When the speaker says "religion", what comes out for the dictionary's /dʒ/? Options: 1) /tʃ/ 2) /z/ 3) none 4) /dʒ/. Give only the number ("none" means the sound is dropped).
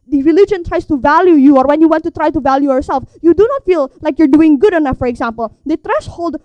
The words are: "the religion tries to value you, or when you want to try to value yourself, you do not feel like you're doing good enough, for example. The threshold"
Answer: 4